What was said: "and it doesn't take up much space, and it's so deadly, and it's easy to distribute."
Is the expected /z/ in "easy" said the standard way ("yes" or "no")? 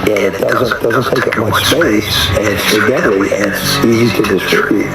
yes